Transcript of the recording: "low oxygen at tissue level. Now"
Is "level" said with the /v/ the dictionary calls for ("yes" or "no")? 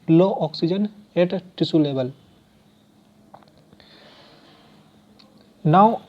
no